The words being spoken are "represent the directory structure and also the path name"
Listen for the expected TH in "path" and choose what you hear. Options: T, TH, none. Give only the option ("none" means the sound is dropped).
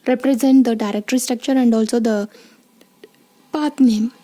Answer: T